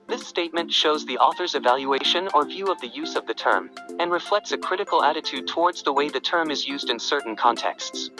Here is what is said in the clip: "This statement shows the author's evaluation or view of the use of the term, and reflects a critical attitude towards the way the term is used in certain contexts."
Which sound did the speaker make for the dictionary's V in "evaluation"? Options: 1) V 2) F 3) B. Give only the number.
1